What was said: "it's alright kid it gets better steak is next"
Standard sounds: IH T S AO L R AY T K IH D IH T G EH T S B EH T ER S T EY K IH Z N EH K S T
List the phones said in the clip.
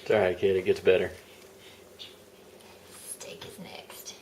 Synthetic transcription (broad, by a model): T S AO R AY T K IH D IH T G EH T S B EH T ER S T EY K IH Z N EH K S T